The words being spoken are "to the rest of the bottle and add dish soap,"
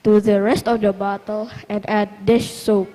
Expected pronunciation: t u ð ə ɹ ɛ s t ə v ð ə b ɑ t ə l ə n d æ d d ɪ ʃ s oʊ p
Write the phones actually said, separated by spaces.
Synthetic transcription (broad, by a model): t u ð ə ɹ ɛ s t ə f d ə b ɑ t ə l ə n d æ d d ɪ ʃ s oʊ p